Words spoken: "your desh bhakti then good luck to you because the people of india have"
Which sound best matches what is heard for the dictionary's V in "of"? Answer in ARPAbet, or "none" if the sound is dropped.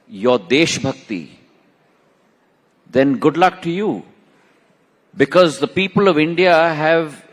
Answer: V